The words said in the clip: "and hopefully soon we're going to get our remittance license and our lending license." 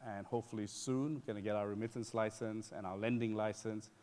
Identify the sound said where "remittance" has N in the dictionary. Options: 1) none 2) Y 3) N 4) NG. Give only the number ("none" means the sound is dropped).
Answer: 3